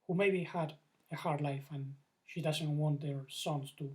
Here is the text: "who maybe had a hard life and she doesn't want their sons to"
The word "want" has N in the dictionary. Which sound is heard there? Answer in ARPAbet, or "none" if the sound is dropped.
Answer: N